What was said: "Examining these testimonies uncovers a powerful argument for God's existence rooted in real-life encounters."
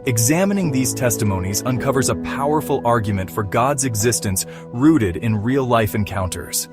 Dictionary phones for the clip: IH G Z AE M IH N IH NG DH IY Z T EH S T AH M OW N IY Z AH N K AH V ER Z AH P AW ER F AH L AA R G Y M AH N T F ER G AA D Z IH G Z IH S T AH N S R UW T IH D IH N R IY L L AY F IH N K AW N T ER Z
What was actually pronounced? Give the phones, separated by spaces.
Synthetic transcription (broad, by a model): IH G Z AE M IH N IH NG DH IY Z T EH S T AH M OW N IY Z AH N K AH V ER Z AH P AW ER F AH L AA R G Y M AH N T F ER G AA D Z IH G Z IH S T AH N S R UW T IH D IH N R IY L L AY F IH N K AW N T ER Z